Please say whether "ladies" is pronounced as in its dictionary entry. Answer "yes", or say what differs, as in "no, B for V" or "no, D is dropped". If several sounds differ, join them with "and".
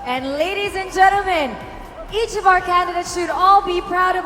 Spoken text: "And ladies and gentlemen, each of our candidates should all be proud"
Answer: yes